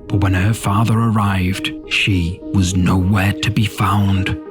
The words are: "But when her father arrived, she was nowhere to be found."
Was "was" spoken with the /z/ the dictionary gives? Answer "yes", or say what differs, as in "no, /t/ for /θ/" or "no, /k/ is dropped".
yes